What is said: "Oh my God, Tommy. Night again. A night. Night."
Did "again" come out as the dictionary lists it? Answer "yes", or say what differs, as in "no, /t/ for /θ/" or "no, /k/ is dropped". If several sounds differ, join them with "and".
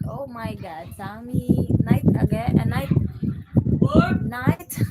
no, /n/ is dropped